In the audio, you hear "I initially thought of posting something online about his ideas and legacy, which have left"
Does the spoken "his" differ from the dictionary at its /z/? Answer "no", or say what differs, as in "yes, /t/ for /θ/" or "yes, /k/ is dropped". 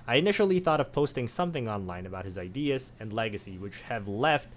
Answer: no